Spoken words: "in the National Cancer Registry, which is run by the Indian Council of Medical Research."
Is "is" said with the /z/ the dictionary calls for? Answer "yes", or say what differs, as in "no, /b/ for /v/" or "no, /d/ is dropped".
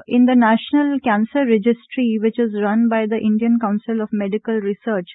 yes